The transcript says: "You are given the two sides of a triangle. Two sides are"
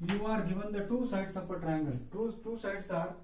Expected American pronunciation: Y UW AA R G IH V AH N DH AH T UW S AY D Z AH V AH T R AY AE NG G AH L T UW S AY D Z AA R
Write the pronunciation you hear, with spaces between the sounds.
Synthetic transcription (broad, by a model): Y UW AA R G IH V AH N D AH T UW S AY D S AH P AH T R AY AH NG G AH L T UW S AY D S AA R